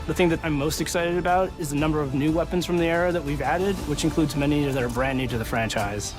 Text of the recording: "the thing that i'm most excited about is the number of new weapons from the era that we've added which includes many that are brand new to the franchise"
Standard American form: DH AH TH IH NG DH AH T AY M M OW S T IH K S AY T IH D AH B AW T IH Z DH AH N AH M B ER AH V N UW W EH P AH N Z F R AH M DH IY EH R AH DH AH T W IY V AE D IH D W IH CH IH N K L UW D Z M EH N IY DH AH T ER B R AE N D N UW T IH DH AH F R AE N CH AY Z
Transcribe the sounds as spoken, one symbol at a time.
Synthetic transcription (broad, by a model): DH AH TH IH NG DH AH T AY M M OW S T IH K S AY T IH D AH B AW T IH Z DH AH N AH M B ER AH V N UW W EH P AH N Z F R AH M DH IY EH R AH DH AH T W IY V AE D IH D W IH CH IH N K L UW D Z M EH N IY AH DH ER B R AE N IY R T IH DH AH F R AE N CH AY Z